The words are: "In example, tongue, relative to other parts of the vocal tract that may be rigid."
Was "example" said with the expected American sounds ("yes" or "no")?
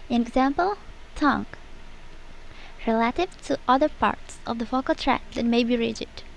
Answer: yes